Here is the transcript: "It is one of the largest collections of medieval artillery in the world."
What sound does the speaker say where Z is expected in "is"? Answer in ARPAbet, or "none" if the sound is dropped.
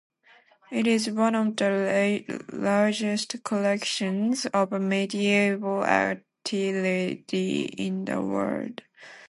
Z